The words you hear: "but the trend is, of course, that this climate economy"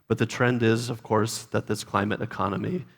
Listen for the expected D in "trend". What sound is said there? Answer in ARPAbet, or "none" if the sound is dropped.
D